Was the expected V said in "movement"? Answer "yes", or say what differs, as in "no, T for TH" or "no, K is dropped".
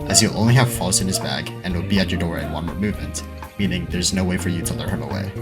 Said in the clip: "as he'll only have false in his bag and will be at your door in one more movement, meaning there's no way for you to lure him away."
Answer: yes